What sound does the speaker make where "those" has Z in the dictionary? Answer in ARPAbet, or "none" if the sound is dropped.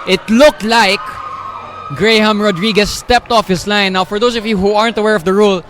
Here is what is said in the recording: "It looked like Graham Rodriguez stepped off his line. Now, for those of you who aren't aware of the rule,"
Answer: S